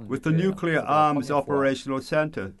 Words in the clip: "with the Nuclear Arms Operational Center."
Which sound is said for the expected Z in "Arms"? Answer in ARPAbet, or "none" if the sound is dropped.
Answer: Z